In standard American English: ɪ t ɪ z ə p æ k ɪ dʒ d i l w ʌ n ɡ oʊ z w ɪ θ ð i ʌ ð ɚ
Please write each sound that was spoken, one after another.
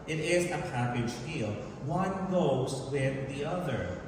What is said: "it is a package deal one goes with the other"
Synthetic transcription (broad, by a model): ɪ t ɪ z ə p æ k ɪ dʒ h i l w ʌ n ɡ oʊ z w ɪ ð i ʌ ð ɚ